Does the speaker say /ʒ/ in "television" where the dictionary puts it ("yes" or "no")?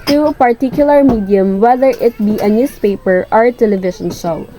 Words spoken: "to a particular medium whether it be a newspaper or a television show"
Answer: no